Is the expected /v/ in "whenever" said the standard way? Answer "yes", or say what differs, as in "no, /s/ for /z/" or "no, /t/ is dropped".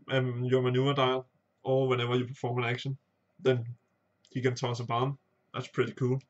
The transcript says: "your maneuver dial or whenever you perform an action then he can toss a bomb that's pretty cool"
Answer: yes